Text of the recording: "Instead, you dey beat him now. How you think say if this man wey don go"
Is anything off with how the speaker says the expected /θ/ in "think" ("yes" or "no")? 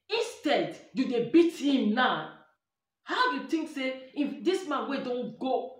yes